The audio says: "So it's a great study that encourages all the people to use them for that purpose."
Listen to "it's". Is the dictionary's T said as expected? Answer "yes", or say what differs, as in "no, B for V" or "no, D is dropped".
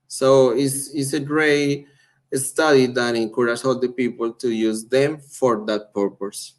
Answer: no, S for T